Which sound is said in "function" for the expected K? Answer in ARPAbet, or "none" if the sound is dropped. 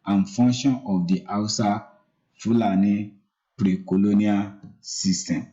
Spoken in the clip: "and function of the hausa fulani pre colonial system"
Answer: none